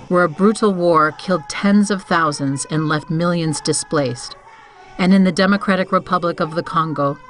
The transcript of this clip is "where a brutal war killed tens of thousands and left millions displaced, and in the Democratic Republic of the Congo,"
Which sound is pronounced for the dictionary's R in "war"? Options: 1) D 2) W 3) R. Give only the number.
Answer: 3